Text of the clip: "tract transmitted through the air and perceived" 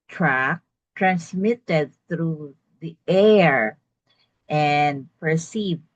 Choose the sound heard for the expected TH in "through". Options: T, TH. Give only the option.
TH